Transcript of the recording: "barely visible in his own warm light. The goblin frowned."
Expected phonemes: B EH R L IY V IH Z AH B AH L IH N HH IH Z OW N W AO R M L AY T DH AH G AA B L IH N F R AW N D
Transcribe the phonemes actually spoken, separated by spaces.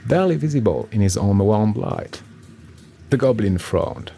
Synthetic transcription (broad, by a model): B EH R L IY V IH Z AH B AH L IH N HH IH Z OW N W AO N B L AY T DH AH G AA B L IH N F R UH N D